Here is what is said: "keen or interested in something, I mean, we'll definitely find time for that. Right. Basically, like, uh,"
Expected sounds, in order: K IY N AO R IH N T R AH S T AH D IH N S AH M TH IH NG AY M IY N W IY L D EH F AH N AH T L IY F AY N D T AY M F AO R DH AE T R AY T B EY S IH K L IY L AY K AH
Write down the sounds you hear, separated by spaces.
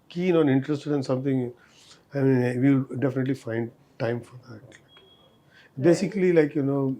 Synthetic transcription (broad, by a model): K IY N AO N IH N T R AH S T AH D IH N S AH M T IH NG AY M IY N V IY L D EH F AH N AH T L IY F AY N D T AY M F AO R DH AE T L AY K B EY S IH K L IY L AY K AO